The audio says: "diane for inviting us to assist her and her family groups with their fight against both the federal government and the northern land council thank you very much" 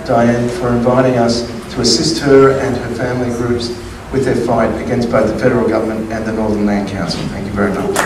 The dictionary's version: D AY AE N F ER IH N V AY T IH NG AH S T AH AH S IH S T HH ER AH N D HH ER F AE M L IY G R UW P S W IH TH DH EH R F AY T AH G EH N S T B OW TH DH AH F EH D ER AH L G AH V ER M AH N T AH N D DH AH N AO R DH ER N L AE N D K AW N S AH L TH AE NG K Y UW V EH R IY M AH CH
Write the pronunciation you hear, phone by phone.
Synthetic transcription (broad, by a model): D AY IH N F ER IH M V AY T IH NG AH S T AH AH S IH S T HH ER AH N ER F AE M L IY G R UW P S W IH DH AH R F AY T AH G EH N S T B OW TH DH AH F EH D ER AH L G AH V ER M AH N T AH N DH AH N AO R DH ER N L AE N K AW N S L TH AE NG K Y UW V EH R IY M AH CH